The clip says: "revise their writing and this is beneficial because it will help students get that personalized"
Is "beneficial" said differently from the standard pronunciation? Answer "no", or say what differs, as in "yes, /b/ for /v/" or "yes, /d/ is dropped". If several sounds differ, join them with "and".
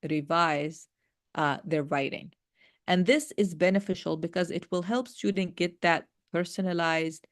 no